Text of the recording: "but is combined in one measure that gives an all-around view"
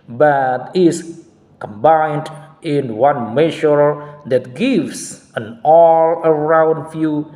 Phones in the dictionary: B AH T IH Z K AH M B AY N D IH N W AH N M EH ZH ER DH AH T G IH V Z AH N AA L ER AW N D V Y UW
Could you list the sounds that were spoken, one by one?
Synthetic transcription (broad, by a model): B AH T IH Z K AH M B AY N D IH N W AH N M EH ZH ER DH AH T G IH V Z AH N AA L ER AW N D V Y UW